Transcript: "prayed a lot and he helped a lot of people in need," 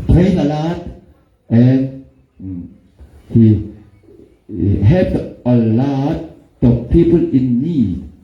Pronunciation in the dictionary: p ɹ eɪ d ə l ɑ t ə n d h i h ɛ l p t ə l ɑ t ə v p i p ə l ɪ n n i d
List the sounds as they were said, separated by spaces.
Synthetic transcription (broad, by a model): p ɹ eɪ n ə l ɑ t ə n h i h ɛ p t ə l ɑ t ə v p i p ə l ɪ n n i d